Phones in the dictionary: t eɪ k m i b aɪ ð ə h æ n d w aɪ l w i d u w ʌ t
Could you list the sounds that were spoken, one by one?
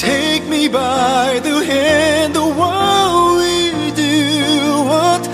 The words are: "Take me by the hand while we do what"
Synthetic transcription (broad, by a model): eɪ k m i b aɪ ð ə h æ n d w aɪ w w i d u w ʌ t